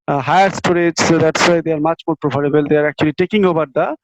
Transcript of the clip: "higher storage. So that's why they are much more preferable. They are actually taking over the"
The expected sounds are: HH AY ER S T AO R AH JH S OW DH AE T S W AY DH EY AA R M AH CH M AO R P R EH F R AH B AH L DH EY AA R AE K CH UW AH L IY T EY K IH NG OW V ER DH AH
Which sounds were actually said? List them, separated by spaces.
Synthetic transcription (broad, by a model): HH AY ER S T AO R AH JH S OW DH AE T S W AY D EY AA R M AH CH M AO R P R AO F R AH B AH L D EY AA R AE K CH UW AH L IY T EY K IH NG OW B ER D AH